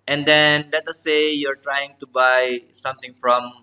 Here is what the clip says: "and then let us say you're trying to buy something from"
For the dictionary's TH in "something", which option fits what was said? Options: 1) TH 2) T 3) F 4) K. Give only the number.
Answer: 2